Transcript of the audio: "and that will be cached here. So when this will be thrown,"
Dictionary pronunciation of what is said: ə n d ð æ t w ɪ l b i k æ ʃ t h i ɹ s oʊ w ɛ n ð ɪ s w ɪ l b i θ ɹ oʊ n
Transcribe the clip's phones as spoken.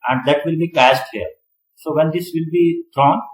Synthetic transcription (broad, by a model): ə n d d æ t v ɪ l b i k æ s t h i ɹ s oʊ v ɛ n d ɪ s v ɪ l b i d ɹ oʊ n